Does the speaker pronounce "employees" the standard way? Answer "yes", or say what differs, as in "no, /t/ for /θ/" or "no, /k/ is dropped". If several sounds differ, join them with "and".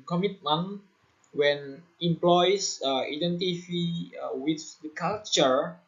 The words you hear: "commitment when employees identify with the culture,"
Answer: no, /z/ is dropped